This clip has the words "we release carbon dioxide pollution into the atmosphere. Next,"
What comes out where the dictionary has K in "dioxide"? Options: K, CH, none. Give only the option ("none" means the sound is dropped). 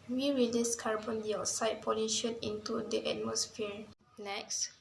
none